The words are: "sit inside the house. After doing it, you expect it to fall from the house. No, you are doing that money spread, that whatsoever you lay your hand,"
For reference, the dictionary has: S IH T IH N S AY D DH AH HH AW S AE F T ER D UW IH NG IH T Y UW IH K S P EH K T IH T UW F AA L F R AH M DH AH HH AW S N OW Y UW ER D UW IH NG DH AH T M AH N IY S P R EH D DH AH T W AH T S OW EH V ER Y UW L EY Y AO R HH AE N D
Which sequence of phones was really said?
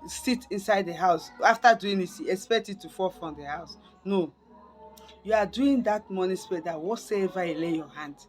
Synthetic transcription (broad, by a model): S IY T IH N S AY D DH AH HH AW S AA F T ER D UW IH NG IH T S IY IH K S P EH K T IH T UW F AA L F R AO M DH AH HH AW S N OW Y UW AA D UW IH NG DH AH T M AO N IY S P EH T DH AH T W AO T S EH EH V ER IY L EY Y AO HH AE N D